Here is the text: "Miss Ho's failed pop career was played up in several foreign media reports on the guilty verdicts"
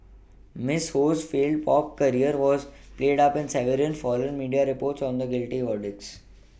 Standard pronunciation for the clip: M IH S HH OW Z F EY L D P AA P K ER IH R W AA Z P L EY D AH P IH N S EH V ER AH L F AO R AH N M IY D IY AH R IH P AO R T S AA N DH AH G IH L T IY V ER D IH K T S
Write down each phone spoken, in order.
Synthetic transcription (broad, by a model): M IH S HH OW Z F EY L D P AA P K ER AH R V AA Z P L EY D AH P IH N S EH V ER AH N F AO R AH N M IY D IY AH R IH P AO R T S AA N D AH G IH L T IY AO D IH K S